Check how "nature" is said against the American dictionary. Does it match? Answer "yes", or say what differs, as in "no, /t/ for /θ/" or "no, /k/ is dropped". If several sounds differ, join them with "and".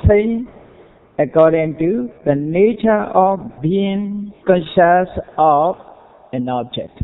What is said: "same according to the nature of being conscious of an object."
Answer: yes